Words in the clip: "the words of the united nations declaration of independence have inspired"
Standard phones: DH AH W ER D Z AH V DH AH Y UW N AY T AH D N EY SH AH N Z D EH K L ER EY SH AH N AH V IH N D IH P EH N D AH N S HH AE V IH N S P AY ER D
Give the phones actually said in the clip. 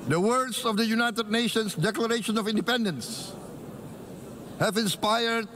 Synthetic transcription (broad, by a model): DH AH W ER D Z AH V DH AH Y UW N AY T AH D N EY SH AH N S D EH K L ER EY SH AH N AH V IH N D IH P EH N D AH N S HH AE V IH N S P AY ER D